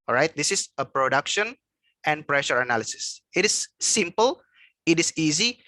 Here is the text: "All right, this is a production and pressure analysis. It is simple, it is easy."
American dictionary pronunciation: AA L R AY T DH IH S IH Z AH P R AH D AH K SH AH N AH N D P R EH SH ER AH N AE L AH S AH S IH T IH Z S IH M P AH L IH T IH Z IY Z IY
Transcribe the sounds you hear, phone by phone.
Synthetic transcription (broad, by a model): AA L R AY T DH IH S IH S AH P R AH D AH K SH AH N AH N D P R EH SH ER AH N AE L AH S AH S IH T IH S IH M P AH L IH T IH S IY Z IY